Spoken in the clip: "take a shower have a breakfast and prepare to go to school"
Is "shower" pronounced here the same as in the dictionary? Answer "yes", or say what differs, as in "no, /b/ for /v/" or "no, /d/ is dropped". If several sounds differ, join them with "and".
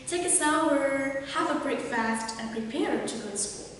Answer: no, /s/ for /ʃ/